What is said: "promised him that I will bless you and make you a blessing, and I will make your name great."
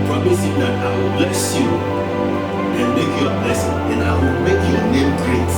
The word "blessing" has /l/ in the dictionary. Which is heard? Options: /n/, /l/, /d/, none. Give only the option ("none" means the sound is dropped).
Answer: none